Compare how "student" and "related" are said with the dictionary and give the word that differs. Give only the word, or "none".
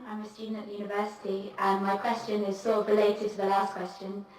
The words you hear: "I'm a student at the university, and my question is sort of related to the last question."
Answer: student